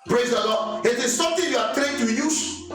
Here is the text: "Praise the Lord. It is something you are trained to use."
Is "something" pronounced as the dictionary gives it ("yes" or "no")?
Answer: no